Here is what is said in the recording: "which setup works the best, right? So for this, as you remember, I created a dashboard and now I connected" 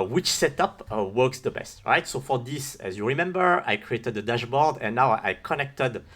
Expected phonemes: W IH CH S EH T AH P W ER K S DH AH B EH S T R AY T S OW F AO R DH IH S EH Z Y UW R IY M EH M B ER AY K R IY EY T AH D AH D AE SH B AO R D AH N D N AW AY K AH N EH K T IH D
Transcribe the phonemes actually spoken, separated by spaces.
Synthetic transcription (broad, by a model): W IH CH S EH T AH P W ER K S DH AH B EH S T R AY T S OW F AO R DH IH S EH Z Y UW R IY M EH M B ER AY K R IY EY T AH D AH D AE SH B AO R D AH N N AW AY K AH N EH K T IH D